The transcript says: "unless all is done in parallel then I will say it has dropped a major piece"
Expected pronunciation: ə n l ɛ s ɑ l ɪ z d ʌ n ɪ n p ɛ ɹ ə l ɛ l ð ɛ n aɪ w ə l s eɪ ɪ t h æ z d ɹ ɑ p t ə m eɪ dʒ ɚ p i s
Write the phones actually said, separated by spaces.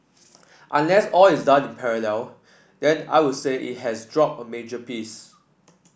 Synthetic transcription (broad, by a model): ə n l ɛ s ɑ l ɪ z d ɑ n ɪ n p ɛ ɹ ə l ɛ l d ɛ n aɪ w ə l s eɪ ɪ t h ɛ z d ɹ ɑ p ə m eɪ dʒ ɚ p i s